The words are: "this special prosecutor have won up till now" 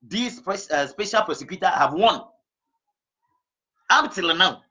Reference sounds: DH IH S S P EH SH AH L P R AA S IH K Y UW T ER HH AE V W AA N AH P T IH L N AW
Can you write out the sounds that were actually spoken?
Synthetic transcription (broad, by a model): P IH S S P EH SH AH L P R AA S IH K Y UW T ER HH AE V W AA N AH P T IH L N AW